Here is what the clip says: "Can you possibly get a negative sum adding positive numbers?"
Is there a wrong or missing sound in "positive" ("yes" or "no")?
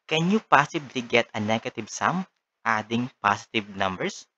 yes